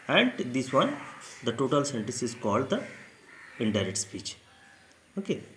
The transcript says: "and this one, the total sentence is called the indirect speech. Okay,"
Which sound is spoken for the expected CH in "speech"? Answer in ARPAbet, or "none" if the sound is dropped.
CH